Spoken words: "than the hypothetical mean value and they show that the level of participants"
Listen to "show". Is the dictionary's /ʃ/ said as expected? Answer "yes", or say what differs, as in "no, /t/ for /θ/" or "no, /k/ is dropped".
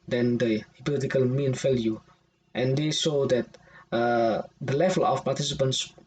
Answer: no, /s/ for /ʃ/